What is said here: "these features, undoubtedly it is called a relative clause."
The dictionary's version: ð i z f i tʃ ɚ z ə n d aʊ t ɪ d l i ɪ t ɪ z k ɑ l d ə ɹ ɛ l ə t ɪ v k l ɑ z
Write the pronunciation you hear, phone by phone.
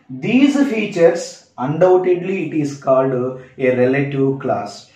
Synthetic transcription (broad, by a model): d i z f i tʃ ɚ s ə n d aʊ t ɪ d l i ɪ t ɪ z k ɑ l d ə ɹ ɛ l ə t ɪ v k l ɑ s